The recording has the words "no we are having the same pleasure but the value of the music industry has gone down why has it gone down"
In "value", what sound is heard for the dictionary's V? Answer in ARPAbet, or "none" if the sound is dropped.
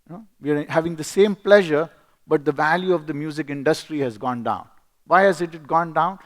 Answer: V